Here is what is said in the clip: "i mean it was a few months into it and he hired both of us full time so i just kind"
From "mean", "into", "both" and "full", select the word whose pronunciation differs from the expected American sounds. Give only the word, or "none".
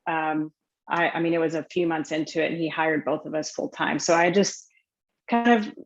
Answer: none